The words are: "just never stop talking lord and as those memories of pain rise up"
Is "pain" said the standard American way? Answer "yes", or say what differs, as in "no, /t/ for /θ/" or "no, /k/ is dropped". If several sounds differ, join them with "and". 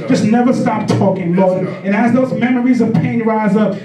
yes